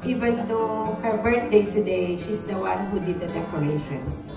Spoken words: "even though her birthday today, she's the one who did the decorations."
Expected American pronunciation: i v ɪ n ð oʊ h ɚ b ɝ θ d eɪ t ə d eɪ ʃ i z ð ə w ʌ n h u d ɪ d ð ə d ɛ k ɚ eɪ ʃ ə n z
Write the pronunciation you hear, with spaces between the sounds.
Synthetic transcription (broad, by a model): i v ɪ n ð oʊ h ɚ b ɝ t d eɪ t ə d eɪ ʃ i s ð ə w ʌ n h u d ɪ d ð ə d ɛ k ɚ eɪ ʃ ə n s